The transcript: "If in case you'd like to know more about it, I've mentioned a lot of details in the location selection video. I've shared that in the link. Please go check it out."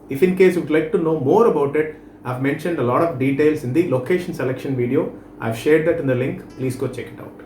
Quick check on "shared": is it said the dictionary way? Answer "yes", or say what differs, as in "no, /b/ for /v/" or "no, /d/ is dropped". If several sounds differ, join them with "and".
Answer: yes